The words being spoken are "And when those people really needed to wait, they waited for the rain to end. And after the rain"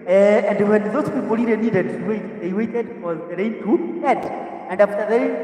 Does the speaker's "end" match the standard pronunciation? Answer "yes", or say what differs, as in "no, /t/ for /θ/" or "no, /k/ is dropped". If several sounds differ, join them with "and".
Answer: no, /n/ is dropped